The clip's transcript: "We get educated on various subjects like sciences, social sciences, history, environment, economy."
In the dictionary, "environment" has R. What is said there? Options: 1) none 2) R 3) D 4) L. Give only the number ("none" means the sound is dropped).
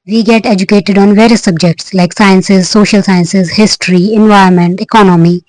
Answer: 1